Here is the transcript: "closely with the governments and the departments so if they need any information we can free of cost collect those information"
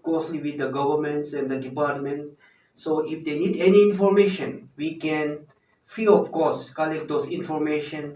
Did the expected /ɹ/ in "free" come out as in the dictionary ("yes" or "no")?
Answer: no